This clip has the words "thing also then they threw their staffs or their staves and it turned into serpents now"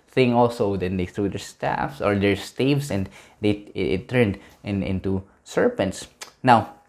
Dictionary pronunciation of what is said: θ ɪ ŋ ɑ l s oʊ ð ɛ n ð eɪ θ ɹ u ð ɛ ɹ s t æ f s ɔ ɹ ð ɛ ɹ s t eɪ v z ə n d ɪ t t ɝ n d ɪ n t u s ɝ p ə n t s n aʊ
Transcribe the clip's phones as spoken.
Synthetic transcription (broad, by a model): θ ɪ ŋ ɑ l s oʊ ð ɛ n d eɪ θ ɹ u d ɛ ɹ s t æ f s ɔ ɹ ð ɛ ɹ s t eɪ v s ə n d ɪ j t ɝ n d ɪ n t u s ɝ p ə n t s n aʊ